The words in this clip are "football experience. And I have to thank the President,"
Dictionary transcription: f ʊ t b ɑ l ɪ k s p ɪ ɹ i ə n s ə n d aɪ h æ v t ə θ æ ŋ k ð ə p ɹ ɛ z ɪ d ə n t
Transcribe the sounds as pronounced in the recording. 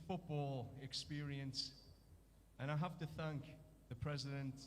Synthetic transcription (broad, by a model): f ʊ t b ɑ l ɪ k s p ɪ ɹ i ə n s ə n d aɪ h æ f t ə θ æ ŋ k ð ə p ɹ ɛ z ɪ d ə n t